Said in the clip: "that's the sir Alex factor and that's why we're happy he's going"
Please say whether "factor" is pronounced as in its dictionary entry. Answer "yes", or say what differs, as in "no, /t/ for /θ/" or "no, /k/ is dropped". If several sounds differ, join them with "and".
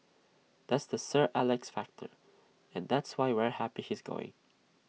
yes